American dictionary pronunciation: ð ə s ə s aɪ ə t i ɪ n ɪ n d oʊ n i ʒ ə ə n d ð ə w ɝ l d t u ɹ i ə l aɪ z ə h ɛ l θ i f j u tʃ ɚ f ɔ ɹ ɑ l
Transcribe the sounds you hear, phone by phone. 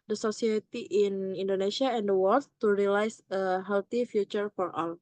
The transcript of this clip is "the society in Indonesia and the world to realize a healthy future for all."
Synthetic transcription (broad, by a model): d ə s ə s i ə t i ɪ n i n d oʊ n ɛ s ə ə n d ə w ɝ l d t u ɹ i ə l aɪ s ə h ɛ l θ i f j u tʃ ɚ f ɔ ɹ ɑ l